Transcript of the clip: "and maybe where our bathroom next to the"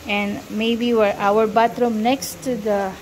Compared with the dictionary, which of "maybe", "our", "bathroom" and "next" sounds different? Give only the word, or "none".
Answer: bathroom